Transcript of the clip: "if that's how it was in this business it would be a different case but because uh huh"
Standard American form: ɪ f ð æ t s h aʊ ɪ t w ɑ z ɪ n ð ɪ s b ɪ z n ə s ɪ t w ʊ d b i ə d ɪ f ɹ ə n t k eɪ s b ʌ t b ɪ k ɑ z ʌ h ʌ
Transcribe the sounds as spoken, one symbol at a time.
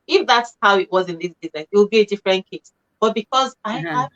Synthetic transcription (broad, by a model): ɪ f ð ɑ t s h aʊ ɪ t w ɑ z ɪ n ð ɪ s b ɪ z n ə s ɪ t w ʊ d b i ə d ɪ f ɹ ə n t k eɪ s b ʌ t b ɪ k ɑ z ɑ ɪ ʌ